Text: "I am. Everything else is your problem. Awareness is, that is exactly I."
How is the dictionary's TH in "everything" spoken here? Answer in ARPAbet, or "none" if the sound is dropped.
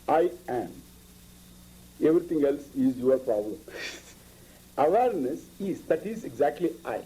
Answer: T